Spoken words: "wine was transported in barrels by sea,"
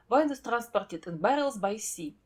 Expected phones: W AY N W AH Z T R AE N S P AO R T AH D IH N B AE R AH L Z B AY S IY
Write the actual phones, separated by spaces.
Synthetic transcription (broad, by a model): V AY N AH S T R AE N S P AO R T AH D IH N B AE R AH L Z B AY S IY